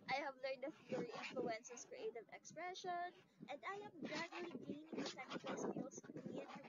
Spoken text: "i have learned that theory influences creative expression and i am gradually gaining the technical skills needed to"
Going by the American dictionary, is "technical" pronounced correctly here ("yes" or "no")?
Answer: no